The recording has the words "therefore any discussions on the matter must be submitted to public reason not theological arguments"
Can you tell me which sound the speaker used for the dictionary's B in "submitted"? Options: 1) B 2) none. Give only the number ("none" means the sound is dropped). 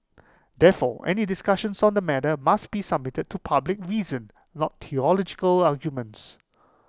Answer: 1